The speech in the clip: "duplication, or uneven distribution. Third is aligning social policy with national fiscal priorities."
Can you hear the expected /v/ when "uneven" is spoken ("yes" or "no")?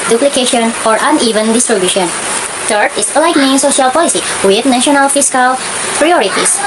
yes